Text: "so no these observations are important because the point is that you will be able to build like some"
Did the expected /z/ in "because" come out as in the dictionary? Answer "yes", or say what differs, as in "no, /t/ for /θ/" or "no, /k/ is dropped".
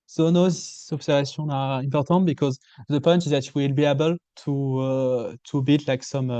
yes